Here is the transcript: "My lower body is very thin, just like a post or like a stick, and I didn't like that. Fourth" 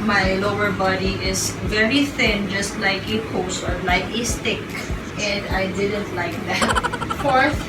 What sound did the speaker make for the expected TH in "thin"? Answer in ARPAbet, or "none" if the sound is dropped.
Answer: TH